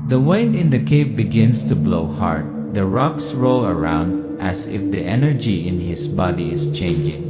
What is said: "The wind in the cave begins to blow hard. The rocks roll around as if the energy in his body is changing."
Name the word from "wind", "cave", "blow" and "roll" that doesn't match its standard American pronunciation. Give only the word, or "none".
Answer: wind